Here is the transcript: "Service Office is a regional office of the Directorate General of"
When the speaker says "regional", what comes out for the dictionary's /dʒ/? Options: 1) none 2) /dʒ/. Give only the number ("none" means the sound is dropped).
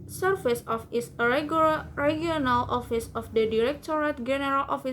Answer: 1